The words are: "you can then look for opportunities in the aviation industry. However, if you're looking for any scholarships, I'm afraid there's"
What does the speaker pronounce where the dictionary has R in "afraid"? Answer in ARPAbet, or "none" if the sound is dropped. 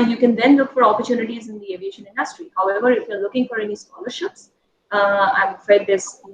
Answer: none